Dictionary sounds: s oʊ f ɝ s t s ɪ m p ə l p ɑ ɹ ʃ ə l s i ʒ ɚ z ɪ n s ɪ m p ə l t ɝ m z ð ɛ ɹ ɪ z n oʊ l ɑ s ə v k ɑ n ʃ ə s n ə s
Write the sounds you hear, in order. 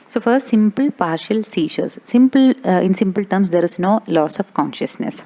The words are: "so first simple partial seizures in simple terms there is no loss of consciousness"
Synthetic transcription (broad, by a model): s oʊ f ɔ t s ɪ m p ə l p ɑ ɹ ʃ ə l s i s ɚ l ɪ n s ɪ m p ə l t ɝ m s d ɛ ɹ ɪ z n oʊ l ɑ s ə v k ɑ n ʃ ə s n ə s